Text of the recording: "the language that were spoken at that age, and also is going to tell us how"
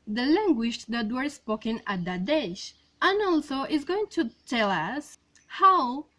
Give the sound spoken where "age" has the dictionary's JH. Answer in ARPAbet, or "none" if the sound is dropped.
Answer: SH